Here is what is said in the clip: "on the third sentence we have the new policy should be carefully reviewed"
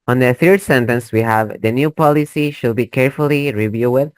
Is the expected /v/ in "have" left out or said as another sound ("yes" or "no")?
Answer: no